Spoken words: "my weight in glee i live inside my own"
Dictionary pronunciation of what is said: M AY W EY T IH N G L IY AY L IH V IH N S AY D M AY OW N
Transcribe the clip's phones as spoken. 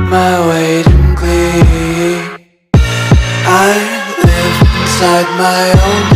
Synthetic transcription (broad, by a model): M AY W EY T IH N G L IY AY N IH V IH N S AY D M AY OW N